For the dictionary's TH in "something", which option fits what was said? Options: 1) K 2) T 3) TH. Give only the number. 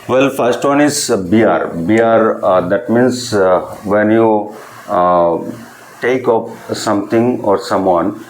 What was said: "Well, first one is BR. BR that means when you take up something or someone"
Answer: 2